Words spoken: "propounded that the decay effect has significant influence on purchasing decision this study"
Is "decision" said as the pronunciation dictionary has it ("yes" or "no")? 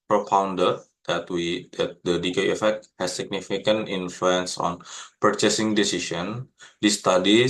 no